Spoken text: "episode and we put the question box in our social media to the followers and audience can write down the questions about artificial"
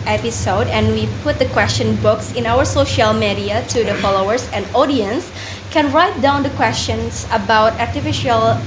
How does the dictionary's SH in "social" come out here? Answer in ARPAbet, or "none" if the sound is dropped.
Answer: SH